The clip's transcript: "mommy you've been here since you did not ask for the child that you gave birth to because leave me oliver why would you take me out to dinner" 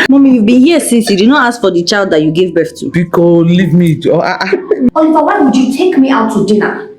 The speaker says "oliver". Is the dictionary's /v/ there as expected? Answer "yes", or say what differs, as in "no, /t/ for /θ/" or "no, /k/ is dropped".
no, /f/ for /v/